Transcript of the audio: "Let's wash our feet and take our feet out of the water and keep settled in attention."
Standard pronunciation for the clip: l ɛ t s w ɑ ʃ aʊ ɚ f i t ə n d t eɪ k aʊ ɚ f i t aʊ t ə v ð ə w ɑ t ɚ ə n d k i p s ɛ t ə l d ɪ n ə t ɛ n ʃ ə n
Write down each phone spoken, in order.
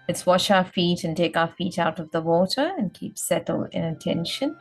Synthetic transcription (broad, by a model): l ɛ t s w ɑ ʃ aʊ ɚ f i t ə n t eɪ k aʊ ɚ f i t aʊ t ə v ð ə w ɑ t ɚ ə n k i p s ɛ t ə l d ɪ n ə t ɛ n ʃ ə n